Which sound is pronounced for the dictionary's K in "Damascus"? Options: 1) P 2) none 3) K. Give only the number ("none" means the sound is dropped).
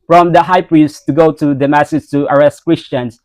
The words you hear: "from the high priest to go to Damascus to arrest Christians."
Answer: 2